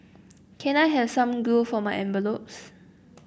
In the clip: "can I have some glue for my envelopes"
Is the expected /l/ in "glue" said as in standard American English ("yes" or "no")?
no